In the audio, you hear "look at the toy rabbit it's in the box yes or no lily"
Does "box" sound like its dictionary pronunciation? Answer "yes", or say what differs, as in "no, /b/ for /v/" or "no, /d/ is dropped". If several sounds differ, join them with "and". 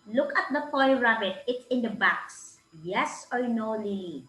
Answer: yes